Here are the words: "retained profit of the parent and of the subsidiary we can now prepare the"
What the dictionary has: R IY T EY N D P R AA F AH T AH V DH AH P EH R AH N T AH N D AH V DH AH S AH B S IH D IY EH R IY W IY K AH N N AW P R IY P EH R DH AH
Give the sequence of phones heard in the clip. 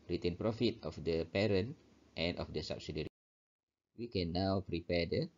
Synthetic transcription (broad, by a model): R IY T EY N P R AA F AH T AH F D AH P EH R AH N T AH N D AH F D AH S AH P S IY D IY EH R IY W IY K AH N N AW P R IY P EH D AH